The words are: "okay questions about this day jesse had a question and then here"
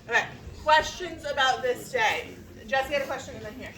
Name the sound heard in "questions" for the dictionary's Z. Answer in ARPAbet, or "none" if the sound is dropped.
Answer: Z